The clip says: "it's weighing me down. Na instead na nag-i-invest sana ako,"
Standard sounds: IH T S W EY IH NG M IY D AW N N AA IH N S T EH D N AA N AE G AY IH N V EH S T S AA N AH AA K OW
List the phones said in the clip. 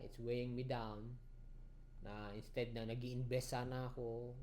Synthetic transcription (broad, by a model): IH T S W EY IH NG M IY D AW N N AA IH N S T EH D N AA N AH G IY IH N B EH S S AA N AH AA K OW